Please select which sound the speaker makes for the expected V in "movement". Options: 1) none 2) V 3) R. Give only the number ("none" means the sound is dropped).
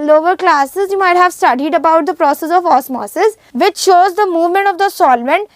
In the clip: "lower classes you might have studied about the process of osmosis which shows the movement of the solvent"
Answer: 2